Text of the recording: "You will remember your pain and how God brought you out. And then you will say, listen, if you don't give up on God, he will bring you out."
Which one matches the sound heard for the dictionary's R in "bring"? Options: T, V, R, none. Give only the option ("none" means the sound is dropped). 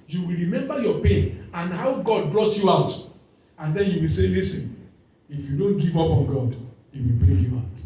none